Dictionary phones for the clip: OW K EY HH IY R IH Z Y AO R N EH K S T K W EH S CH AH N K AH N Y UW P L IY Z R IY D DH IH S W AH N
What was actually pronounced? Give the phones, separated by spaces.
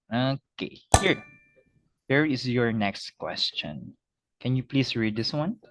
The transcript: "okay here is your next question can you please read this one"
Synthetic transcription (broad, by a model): OW K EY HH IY R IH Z Y AO R N EH K S T K W EH S CH AH N K AH N Y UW P L IY S R IY D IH S W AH N